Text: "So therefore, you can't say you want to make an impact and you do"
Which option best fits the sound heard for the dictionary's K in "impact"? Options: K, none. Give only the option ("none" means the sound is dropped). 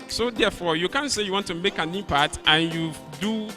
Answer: none